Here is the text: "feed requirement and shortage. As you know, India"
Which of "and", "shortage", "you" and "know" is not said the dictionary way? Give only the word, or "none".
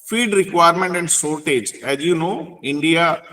shortage